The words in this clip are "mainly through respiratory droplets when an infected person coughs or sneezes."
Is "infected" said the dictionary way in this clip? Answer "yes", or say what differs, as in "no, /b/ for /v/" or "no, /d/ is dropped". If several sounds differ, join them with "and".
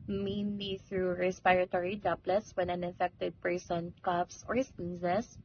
no, /n/ is dropped